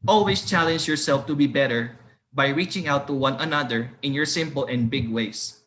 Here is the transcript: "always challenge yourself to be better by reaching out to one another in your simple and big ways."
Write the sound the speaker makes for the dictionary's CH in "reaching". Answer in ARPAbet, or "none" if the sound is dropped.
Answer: CH